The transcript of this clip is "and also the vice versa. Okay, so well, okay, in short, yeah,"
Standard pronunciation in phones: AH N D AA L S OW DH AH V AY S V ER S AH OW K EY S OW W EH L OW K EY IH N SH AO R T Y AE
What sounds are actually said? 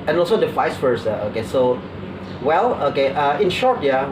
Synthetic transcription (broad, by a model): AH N AA L S OW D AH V AY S F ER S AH OW K EY S OW W EH L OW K EY IH N SH AO R T Y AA